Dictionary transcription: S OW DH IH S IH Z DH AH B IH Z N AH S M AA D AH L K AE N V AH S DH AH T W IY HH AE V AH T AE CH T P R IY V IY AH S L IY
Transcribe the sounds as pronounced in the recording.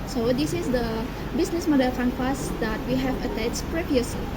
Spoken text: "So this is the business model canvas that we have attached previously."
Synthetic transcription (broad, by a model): S OW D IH S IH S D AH B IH S N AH S M AA D AH L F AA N F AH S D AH T W IY HH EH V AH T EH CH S P R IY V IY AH S L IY